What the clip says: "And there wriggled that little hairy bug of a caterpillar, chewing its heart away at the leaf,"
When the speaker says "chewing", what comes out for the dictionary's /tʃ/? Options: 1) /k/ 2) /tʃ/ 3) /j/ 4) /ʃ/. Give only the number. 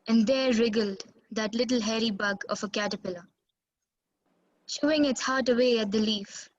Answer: 4